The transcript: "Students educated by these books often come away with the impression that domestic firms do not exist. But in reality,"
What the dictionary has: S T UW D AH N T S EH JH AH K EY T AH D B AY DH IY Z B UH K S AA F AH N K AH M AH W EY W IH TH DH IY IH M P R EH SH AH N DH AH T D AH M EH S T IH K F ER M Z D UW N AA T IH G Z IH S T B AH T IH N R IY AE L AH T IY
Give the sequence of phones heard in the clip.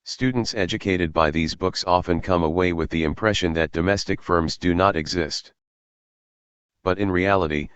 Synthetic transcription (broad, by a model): S T UW D N T S EH JH AH K EY T AH D B AY DH IY Z B UH K S AA F AH N K AH M AH W EY W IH DH IY IH M P R EH SH AH N DH AH T D AH M EH S T IH K F ER M Z D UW N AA T IH G Z IH S T B AH T IH N R IY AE L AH T IY